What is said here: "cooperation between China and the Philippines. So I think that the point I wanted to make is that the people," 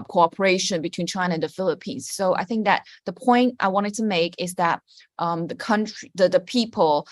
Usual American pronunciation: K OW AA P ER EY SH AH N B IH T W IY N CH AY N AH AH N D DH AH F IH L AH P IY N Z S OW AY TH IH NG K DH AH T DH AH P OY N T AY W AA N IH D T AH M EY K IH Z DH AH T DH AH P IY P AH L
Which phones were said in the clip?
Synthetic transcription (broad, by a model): K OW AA P ER EY SH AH N B IH T W IY N CH AY N AH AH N DH AH F IH L AH P IY N Z S OW AY TH IH NG K DH AH T DH AH P OY N T AY W AA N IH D T AH M EY K IH Z DH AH T DH AH P IY P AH L